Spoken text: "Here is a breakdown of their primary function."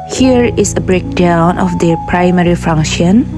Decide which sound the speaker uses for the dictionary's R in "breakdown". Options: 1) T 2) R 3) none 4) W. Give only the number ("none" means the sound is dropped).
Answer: 2